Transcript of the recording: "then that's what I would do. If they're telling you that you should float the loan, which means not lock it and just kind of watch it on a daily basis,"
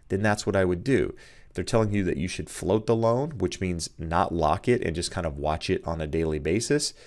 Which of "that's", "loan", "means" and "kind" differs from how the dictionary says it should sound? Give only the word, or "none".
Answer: none